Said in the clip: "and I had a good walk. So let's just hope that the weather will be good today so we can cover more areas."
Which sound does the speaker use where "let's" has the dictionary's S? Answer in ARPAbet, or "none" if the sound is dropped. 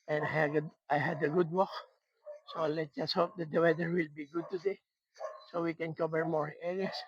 none